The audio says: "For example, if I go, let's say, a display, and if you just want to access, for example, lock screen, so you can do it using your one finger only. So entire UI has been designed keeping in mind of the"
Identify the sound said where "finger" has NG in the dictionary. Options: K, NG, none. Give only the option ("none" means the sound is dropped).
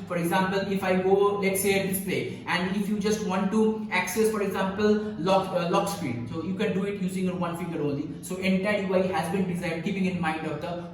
none